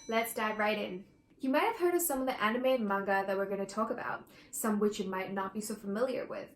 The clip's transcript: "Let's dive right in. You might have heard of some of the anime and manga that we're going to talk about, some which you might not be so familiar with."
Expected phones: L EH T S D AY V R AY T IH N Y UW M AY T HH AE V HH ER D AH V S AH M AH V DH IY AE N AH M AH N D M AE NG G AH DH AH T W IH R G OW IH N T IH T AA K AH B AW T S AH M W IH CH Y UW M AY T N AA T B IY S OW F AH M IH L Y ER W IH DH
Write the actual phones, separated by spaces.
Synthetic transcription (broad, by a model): L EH T S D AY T R AY T IH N Y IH M AY T HH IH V HH ER D AH V S AH M AH V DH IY AE N AH M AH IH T M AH NG G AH DH AH T W IH R G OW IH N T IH T AA K AH B AW T S AH M W IH CH Y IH M AY T N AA T B IY S OW F AH M IH L Y ER W IH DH